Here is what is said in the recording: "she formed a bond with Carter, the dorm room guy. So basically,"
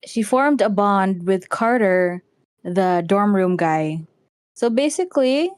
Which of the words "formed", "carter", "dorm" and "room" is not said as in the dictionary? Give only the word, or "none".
none